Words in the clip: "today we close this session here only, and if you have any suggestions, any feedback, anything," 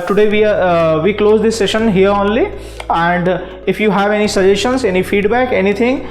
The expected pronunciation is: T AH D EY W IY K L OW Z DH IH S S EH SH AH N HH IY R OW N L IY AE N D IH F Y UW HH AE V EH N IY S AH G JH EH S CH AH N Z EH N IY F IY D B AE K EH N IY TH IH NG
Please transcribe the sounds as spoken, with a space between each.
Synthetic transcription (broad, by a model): T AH D EY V IY K L OW Z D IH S S EH SH AH N HH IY R OW N L IY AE N D IH F Y UW HH AE V EH N IY S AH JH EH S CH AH N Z EH N IY F IY D B AE K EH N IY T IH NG